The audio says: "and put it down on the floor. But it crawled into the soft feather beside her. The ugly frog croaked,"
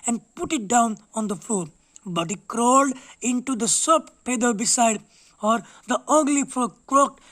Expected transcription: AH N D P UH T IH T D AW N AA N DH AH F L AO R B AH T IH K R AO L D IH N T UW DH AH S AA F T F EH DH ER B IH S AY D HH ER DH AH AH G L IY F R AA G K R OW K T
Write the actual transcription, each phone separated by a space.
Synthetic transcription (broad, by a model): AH N D P UH T IH T D AW N AA N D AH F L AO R B AH T IH K R AO L D IH N T UW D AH S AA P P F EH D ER B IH S AY D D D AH AH G L IY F AA K R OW K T